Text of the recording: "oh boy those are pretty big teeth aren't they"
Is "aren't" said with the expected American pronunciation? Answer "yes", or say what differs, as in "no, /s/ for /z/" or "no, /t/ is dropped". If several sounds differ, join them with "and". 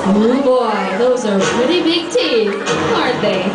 no, /n/ is dropped